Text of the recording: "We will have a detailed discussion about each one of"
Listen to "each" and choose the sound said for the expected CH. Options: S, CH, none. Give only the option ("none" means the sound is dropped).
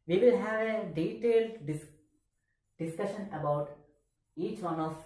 CH